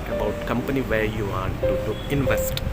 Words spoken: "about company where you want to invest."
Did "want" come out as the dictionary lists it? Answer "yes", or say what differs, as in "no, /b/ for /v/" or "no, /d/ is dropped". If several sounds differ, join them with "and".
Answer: no, /n/ is dropped